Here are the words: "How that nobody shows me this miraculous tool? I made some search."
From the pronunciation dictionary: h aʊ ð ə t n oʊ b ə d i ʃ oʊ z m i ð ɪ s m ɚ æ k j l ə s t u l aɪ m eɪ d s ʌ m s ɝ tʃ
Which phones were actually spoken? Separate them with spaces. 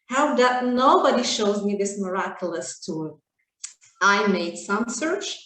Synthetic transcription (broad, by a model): h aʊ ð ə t n oʊ b ə d i ʃ oʊ z m i ð ɪ s m ɚ æ k j l ə s t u aɪ m eɪ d s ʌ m s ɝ tʃ